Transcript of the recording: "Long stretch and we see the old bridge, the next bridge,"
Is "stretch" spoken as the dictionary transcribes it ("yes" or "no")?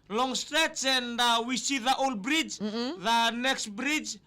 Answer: no